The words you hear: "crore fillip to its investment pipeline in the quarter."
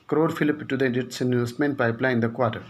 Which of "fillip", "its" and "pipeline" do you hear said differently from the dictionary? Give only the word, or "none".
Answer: pipeline